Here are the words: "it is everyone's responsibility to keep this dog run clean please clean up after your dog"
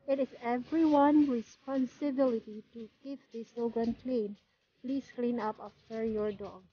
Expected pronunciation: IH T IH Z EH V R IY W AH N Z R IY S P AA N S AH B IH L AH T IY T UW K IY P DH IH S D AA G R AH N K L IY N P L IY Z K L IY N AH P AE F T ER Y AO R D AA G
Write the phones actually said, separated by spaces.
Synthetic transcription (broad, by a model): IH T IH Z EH V R IY W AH N R IY S P AA N S AH B IH L AH T IY T UW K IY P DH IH S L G R AH N K L IY N P L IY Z K L IY N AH P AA F T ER Y AO R D AA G